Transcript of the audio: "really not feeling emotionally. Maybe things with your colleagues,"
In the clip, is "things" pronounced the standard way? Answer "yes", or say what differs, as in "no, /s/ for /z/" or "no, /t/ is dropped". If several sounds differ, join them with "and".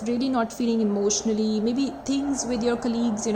no, /t/ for /θ/